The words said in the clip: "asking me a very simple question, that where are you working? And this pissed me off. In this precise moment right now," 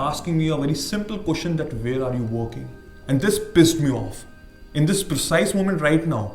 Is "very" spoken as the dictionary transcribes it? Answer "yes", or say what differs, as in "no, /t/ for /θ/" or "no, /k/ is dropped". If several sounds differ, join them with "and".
yes